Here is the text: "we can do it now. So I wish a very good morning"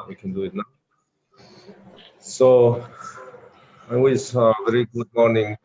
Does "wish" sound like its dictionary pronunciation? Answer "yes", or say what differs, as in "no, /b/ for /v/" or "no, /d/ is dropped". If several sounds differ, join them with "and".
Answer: no, /s/ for /ʃ/